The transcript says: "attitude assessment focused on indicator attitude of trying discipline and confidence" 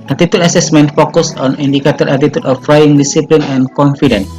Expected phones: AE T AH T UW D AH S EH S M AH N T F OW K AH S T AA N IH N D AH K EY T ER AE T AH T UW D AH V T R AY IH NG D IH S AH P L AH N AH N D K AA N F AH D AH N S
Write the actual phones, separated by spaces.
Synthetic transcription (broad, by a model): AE T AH T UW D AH S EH S M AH N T F OW K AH S AA N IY N D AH K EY T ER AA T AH T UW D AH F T R AY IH NG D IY S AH P L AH N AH N K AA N F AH D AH N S